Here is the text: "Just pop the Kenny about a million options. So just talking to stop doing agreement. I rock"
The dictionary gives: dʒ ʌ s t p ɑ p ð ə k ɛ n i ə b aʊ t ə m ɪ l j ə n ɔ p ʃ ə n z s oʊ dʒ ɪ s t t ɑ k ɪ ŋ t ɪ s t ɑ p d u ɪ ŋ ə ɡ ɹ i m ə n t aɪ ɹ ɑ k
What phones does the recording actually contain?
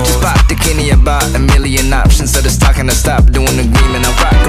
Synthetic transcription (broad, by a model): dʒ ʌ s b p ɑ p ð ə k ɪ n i ə b aʊ t ə m ɪ l j ə n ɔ p ʃ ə n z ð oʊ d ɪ s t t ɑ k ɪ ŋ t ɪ s t ɑ p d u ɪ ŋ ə ɡ ɹ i m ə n aɪ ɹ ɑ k